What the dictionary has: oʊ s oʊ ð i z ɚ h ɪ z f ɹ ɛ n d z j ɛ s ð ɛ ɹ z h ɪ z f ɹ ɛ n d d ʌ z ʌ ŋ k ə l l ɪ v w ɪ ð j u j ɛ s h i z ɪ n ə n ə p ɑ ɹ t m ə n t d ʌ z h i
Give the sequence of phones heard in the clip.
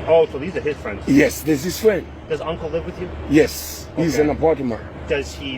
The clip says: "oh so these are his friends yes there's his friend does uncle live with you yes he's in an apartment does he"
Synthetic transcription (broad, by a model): oʊ s oʊ ð i z ɚ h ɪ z f ɹ ɛ n d z j ɛ s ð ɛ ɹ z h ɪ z f ɹ ɛ n d d ʌ z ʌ ŋ k l l ɪ v w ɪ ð j u j ɛ s h i z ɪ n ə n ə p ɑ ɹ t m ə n d ʌ z h i